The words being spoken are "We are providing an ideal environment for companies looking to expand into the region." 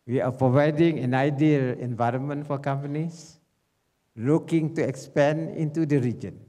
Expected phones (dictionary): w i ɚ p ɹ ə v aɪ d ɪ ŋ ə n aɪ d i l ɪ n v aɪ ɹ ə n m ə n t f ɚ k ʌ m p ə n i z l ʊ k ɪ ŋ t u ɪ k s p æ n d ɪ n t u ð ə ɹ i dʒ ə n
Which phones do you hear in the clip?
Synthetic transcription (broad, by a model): w i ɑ p ɹ ə v aɪ d ɪ ŋ ə n aɪ d i l ɪ n v aɪ ɹ ə n m ə n t f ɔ k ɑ m p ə n i s l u k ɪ ŋ t u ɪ k s p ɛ n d ɪ n t u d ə ɹ i dʒ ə n